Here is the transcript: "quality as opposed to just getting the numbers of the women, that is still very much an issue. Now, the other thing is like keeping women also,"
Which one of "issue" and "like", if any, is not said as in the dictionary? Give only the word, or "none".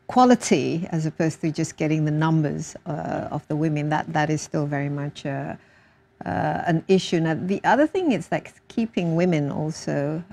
none